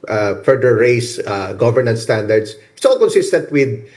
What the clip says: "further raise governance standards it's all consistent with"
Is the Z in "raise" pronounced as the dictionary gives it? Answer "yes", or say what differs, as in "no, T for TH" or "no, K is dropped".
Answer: no, S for Z